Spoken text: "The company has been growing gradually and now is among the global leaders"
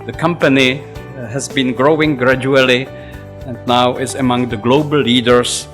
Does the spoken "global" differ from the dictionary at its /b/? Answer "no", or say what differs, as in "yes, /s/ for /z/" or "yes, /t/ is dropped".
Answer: yes, /b/ is dropped